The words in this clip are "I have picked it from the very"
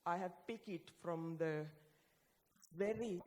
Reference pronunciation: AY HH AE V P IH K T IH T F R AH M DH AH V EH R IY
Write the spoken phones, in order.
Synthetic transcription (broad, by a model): AY HH AE V P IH K IH T F R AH M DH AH V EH R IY